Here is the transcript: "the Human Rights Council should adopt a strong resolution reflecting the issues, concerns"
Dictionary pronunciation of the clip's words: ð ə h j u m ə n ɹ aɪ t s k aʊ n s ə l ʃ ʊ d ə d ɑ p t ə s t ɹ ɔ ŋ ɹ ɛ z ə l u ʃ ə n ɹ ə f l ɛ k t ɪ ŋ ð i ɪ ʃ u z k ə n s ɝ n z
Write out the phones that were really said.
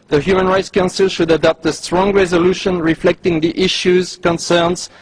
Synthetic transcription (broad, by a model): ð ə h j u m ə n ɹ aɪ t s k aʊ n s ə l ʃ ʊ d ə d ɑ p t ə s t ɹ ɔ ŋ ɹ ɛ z ə l u ʃ ə n ɹ ə f l ɛ k t ɪ ŋ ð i ɪ ʃ u z k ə n s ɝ n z